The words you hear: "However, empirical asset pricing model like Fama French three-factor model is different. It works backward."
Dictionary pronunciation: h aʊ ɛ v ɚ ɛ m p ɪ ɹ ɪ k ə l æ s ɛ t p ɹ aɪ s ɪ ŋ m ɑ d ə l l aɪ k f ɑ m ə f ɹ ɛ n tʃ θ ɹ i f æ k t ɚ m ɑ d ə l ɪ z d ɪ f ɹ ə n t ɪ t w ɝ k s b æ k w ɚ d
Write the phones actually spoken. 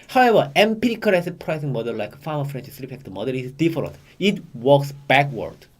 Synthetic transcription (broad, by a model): h aʊ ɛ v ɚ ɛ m p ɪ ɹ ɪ k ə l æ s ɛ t p ɹ aɪ s ɪ ŋ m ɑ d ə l l aɪ k f ɑ m ə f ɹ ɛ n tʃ s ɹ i p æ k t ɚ m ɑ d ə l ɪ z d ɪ f ɹ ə n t ɪ t w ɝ k s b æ k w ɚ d